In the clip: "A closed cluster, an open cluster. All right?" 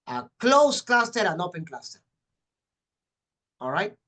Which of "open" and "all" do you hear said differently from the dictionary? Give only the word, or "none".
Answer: none